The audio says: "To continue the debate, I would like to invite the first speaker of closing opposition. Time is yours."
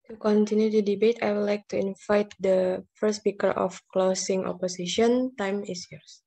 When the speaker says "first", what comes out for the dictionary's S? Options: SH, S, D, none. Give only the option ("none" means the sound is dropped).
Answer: none